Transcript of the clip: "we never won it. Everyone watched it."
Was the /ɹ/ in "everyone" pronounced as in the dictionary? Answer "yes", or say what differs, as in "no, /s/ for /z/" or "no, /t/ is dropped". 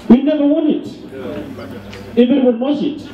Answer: no, /ɹ/ is dropped